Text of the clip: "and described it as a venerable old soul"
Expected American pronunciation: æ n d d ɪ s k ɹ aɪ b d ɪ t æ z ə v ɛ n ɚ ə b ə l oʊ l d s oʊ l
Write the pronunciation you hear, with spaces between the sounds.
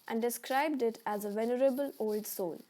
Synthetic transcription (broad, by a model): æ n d d ɪ s k ɹ aɪ b d ɪ t æ z ə v ɛ n ɚ ə b ə l oʊ l d s oʊ l